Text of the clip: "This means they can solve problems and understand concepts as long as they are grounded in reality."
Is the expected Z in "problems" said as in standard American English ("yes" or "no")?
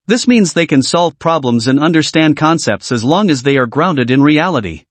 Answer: yes